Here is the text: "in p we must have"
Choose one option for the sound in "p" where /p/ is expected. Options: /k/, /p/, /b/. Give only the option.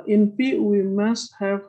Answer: /b/